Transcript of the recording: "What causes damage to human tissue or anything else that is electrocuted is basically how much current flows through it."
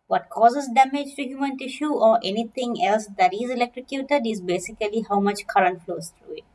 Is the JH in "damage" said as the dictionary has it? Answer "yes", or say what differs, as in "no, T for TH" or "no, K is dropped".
yes